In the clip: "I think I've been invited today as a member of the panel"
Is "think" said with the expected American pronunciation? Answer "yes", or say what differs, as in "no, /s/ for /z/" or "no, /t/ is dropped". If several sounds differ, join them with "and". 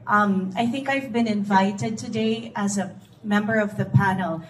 yes